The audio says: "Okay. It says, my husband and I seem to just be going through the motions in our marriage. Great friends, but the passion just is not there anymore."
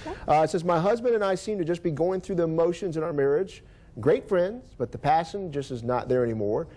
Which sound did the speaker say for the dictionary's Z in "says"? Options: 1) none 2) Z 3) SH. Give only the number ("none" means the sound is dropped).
2